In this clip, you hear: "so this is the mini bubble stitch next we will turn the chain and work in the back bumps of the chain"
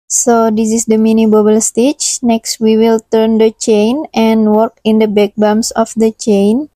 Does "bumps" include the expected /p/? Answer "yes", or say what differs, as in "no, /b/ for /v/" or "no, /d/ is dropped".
no, /p/ is dropped